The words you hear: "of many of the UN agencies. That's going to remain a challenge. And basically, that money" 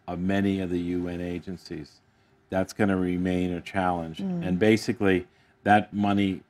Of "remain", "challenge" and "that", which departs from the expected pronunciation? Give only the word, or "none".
none